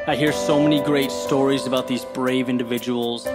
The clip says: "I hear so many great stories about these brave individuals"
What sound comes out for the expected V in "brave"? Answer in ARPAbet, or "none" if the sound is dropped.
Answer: V